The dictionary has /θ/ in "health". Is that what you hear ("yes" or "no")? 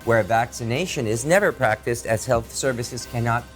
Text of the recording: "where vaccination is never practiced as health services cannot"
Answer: yes